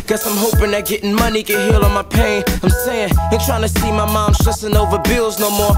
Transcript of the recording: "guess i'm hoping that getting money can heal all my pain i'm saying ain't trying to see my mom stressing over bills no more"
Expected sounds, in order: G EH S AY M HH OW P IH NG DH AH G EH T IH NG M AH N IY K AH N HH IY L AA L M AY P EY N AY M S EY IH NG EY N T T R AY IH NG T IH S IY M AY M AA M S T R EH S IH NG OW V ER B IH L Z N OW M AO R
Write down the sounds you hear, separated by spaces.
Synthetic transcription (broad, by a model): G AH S AY M HH OW P IH NG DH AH G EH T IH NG M AH N IY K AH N HH IY L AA N M AY P EY N AY M S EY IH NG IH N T T R AY IH NG T IH S IY M AY M AA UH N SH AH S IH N OW V ER B IH L Z N OW M AO R